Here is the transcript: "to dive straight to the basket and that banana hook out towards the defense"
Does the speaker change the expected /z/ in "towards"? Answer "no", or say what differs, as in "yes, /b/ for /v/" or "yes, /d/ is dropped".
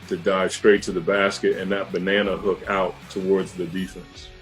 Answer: no